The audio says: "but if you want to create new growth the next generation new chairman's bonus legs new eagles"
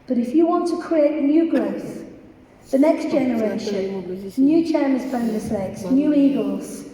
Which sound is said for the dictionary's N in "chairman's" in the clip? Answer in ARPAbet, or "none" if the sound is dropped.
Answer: none